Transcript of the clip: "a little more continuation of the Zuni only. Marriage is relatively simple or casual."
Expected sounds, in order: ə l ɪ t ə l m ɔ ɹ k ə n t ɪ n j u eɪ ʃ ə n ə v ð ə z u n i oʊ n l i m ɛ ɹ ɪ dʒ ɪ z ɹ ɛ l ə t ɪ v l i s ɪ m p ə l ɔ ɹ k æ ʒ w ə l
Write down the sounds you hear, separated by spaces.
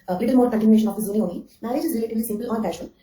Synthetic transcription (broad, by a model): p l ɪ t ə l m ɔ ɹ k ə n t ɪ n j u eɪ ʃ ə n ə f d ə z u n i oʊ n i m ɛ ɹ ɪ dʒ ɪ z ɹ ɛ l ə t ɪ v l i s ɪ m p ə l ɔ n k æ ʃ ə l